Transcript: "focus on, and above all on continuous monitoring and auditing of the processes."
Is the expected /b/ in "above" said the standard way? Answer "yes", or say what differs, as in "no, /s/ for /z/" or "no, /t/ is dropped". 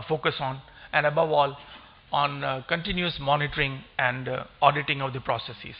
yes